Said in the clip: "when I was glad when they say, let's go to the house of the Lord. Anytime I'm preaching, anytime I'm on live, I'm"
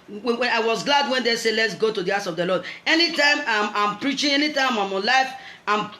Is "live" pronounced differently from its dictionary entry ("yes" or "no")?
yes